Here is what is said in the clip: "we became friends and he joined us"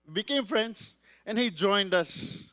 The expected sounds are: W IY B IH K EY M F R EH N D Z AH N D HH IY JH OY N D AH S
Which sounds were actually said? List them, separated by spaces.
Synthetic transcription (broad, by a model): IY B IH K EY M F R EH N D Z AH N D HH IY JH OY N D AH S